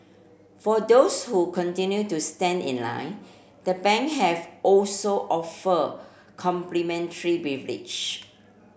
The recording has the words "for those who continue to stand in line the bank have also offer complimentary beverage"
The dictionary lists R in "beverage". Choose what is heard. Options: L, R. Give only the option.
L